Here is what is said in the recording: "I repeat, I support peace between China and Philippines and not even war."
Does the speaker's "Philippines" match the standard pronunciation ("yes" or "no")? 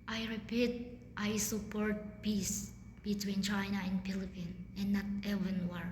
no